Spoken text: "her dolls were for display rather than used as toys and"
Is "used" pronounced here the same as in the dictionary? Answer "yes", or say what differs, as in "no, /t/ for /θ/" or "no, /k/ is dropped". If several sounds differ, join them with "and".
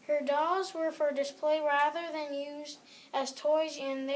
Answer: yes